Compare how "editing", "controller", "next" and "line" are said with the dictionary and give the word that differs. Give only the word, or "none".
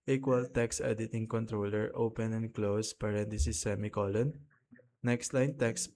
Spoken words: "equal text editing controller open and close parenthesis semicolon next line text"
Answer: none